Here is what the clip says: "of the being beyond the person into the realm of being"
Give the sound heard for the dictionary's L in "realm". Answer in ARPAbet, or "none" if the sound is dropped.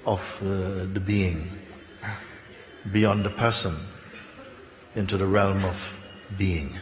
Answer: L